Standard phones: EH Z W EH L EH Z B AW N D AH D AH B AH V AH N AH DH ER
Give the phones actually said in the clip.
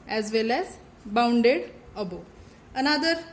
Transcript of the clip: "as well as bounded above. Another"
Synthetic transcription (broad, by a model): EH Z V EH L EH Z B AW N D AH D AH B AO AH N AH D ER